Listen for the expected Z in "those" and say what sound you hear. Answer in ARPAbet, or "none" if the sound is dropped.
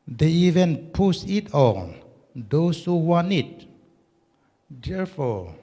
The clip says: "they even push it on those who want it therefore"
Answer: S